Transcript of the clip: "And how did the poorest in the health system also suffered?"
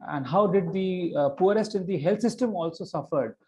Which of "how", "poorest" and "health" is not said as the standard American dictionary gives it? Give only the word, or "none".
health